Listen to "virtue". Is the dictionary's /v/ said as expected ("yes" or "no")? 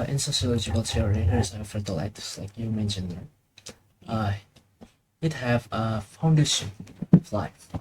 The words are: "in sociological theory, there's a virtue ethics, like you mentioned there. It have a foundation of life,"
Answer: no